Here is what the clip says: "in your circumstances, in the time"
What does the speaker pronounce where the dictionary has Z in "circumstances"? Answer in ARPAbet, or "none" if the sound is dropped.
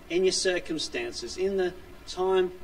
Z